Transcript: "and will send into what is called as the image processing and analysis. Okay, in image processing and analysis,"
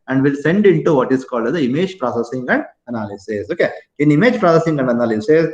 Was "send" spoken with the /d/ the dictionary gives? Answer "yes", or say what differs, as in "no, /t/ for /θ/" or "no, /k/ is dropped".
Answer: yes